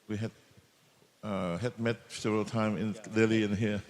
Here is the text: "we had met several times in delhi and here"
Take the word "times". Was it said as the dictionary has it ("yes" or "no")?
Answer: no